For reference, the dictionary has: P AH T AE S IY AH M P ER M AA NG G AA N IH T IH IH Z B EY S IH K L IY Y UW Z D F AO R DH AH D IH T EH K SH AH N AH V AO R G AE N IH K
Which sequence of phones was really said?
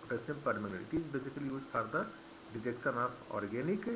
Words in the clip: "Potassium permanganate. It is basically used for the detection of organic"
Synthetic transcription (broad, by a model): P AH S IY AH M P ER M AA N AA L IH T IH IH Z B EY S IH K L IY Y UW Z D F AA R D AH D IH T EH K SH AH N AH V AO R G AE N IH K